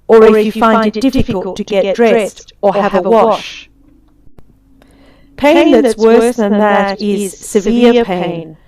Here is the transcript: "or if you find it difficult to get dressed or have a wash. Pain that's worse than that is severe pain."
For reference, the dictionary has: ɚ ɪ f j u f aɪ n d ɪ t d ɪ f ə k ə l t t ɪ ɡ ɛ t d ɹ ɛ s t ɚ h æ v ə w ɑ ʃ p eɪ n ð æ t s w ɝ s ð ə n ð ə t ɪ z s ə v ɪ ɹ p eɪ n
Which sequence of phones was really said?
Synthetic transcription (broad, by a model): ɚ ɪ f j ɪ f aɪ n d ɪ t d ɪ f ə k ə l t t ɪ ɡ ɛ t d ɹ ɛ s t ɚ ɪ v ə w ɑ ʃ p eɪ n ð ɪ t s w ɝ s ð ə n ð ə t ɪ z s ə v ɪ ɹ p eɪ n